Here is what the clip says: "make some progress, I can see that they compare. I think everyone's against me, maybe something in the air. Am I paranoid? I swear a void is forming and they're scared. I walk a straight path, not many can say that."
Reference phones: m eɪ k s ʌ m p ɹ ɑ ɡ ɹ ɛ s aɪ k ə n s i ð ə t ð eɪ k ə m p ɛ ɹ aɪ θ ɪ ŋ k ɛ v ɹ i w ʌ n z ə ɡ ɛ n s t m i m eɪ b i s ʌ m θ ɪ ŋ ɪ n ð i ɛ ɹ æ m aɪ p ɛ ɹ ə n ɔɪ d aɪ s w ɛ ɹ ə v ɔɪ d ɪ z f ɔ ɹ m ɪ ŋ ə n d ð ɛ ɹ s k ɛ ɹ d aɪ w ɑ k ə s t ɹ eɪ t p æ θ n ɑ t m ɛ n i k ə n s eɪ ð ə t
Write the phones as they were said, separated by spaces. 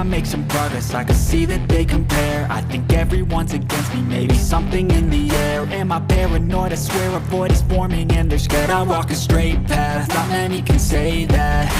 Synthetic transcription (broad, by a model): m eɪ k s ʌ m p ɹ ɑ ɡ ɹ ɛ s aɪ k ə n s i ð ə t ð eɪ k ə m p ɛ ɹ aɪ θ ɪ ŋ k ɛ v ɹ i w ʌ n z ə ɡ ɛ n s t m i m eɪ b i s ʌ m θ ɪ ŋ ɪ n ð i ɛ ɹ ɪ m aɪ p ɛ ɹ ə n ɔɪ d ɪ s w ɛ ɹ ə b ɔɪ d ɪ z f ɔ ɹ m ɪ ŋ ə n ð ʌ ɹ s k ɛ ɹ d aɪ w ɑ k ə s t ɹ eɪ t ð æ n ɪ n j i k ə n s eɪ ð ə t